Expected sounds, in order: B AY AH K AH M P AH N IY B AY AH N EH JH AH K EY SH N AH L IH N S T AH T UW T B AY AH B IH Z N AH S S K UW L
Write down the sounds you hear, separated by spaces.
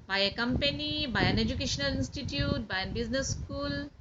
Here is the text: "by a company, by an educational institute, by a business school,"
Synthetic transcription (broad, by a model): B AY AH K AH M P AH N IY B AY AH N EH JH AH K EY SH N AH L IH N S T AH T UW T B AY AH B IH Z N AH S S K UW L